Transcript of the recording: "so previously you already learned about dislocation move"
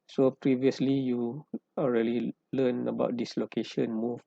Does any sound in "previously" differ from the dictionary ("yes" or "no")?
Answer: no